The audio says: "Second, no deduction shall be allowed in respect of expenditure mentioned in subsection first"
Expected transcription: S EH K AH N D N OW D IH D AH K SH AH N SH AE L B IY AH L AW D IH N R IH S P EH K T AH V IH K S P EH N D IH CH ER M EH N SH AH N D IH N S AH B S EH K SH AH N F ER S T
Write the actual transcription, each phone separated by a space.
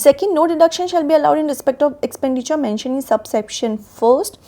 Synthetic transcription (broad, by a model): S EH K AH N D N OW D IH D AH K SH AH N SH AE L B IY AH L AW D IH N R IH S P EH K T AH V IH K S P EH N D IH CH ER M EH N SH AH N IH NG S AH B S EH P SH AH N F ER S T